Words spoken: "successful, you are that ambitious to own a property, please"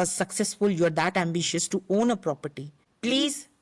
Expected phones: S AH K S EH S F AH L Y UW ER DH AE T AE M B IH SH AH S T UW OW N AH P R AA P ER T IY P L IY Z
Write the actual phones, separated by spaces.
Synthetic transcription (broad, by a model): S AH K S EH S F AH L Y UW ER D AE T AE M B IH SH AH S T UW OW N AH P R AA P ER T IY P L IY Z